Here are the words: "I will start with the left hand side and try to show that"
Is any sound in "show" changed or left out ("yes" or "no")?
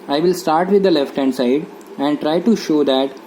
no